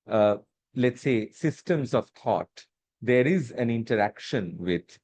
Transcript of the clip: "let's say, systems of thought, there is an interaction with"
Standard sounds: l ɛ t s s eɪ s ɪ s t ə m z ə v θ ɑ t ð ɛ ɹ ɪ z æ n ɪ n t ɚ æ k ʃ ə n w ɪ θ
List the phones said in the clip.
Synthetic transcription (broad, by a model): l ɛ t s s eɪ s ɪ s t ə m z ə v t ɑ t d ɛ ɹ ɪ z æ n ɪ n t ɚ æ k ʃ ə n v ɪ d